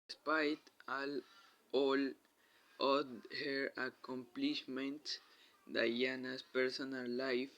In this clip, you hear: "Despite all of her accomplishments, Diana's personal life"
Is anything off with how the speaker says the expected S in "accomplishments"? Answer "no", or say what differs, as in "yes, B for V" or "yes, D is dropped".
yes, S is dropped